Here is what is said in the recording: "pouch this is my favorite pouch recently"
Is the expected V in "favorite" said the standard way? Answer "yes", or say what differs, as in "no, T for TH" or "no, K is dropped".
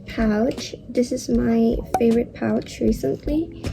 yes